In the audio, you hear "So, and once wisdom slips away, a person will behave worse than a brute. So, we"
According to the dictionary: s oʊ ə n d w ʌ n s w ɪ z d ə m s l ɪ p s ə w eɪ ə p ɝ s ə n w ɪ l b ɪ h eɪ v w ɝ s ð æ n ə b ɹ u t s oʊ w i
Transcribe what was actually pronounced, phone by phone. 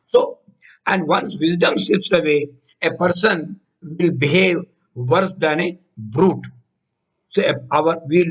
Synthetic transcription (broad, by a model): s oʊ ə n d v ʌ n s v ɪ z d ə m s ɪ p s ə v eɪ ə p ɝ s ə n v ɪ l b ɪ h eɪ v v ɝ s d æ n ə b ɹ u t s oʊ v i